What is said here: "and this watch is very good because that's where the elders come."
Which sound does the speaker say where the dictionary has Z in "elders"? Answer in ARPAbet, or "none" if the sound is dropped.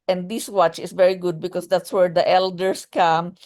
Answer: S